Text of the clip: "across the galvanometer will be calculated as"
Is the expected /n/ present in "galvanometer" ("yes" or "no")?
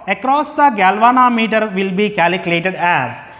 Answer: yes